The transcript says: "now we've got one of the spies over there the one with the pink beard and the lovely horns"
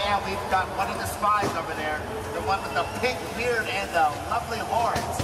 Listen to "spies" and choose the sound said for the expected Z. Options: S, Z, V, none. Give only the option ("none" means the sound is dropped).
Z